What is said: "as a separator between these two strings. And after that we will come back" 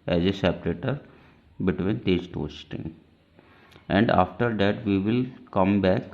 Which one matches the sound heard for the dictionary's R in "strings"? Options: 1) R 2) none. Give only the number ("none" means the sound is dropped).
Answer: 2